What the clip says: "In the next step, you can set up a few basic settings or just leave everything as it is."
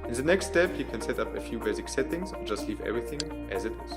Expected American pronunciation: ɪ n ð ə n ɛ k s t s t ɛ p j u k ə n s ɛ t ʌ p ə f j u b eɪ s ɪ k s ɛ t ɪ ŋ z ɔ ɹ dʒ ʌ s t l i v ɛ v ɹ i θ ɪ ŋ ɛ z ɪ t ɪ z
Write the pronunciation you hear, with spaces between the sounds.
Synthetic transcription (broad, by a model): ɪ n ð ə n ɛ k s t s t ɛ p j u k ə n s ɛ t ʌ p ə f j u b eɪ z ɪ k s ɛ t ɪ ŋ z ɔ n dʒ ʌ s t l i v ɛ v ɹ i θ ɪ ŋ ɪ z ɪ t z